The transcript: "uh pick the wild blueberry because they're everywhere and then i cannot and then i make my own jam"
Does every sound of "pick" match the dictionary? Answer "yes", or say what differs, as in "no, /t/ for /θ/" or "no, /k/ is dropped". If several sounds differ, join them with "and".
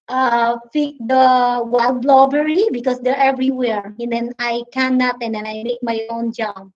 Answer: no, /f/ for /p/